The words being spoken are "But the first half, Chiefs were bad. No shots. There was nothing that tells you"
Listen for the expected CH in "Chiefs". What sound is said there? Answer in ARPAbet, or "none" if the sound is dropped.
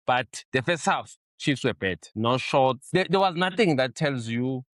CH